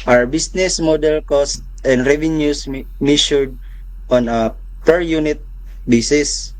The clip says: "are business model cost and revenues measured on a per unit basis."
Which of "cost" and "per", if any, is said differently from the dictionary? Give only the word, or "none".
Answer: none